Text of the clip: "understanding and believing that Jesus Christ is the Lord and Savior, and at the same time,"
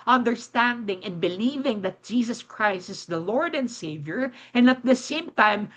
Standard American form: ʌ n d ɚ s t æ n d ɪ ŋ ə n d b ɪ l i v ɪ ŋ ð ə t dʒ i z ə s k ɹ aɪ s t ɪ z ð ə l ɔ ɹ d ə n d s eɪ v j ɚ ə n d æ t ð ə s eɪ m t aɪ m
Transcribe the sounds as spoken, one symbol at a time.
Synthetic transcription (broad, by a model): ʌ n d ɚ s t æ n d ɪ ŋ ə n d b ɪ l i v ɪ ŋ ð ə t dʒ i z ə s k ɹ aɪ s t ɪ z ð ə l ɔ ɹ d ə n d s eɪ v j ɚ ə n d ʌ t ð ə s eɪ m t aɪ m